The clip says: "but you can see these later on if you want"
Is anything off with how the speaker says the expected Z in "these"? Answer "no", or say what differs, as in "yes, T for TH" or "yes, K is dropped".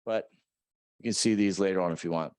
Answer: no